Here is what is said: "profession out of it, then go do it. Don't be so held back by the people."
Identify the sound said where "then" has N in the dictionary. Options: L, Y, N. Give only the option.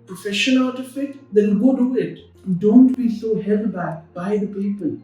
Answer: L